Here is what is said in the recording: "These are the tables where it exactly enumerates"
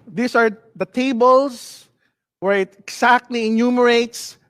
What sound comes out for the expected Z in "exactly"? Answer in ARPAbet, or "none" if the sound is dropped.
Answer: S